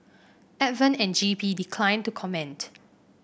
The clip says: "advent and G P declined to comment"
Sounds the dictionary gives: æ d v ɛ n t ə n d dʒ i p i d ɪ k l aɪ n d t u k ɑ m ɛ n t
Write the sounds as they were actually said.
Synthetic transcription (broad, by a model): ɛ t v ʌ n ə n dʒ i p i d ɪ k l aɪ n t u k ɑ m ɛ n t